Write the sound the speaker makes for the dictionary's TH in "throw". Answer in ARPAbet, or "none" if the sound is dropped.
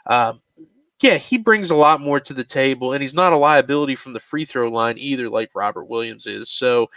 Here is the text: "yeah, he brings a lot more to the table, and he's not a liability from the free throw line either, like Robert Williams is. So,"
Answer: TH